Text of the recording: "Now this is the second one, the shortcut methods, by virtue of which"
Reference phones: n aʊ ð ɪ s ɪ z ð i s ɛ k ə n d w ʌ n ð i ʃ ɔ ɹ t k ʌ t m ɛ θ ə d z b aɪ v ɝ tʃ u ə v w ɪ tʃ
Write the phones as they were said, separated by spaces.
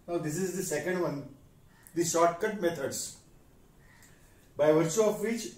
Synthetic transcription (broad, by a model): n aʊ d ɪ s ɪ z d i s ɛ k ə n d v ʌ n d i ʃ ɔ ɹ t k ʌ t m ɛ t ə d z b aɪ v ɝ tʃ u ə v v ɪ tʃ